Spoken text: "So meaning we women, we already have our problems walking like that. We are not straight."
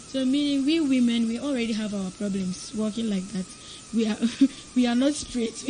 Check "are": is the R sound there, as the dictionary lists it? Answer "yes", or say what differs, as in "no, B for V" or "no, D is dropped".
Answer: no, W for R